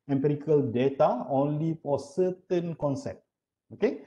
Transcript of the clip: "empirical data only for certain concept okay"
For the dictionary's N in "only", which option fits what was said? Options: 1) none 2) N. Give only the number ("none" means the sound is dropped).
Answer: 2